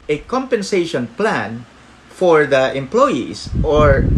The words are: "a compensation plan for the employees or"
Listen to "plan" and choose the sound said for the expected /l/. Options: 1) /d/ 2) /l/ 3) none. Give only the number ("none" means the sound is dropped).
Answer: 2